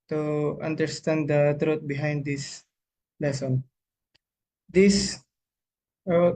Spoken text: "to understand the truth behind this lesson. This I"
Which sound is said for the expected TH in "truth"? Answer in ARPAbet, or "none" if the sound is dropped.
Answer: T